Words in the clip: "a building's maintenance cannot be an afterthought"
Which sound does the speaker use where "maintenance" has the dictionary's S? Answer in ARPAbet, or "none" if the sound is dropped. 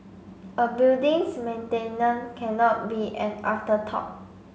none